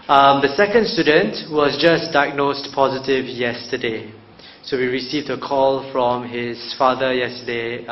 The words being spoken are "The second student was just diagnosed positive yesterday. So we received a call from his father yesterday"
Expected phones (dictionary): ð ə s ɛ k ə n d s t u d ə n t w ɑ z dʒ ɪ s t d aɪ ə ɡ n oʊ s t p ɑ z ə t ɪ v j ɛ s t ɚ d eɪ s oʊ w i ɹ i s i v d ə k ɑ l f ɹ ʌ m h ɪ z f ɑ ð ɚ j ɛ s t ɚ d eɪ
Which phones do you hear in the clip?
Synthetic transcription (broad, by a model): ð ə s ɛ k ə n d s t u d ə n t w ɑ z dʒ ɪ s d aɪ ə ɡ n oʊ s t p ɑ z ə t ɪ v j ɛ s t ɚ d eɪ s oʊ w i ɹ i s i v d ə k ɑ l f ɹ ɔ m h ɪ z f ɑ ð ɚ j ɛ s t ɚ d eɪ